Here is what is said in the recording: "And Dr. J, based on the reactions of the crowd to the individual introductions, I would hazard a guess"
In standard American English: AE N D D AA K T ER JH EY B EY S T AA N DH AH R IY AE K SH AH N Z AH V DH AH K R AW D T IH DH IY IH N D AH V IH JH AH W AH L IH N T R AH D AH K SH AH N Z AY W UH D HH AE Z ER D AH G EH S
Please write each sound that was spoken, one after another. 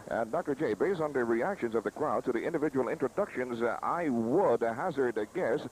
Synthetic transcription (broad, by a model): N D D AA K T ER JH EY B EY S T N DH AH R IY AE K SH AH N Z AH V DH AH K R AW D T IH DH IY IH N D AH V IH JH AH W L IH N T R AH D AH K SH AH N Z AY W UH D HH AE Z ER D G EH S